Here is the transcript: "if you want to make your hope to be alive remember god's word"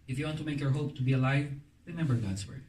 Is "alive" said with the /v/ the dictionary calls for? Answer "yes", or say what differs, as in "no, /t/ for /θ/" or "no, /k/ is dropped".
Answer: yes